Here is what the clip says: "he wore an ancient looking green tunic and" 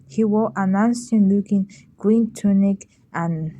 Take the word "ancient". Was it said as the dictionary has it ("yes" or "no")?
no